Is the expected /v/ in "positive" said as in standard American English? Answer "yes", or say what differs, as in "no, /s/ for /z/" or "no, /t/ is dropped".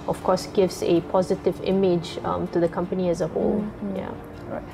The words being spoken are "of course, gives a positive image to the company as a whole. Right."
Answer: yes